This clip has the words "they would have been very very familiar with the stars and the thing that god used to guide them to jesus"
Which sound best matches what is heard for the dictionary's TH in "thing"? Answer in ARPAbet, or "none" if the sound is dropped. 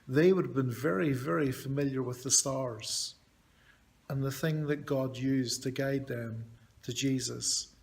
TH